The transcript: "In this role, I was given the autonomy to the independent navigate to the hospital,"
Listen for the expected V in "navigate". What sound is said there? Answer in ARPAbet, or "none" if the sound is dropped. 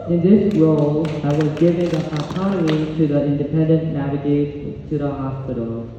V